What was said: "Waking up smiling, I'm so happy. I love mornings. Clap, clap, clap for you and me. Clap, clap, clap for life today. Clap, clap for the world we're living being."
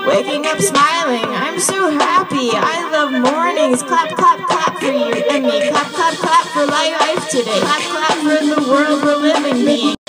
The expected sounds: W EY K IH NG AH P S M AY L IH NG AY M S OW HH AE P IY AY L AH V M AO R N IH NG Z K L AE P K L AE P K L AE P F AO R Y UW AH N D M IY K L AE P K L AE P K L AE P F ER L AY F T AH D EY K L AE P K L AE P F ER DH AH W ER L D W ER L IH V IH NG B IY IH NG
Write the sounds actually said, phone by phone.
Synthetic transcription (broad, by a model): W EY K IH NG AH P S M AY L IH NG AY M S OW HH AE P IY AY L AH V M AO R N IH NG Z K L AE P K AH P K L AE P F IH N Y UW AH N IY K AE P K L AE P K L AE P F ER L AY F T AH D EY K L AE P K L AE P F ER DH AH W ER L D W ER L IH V IH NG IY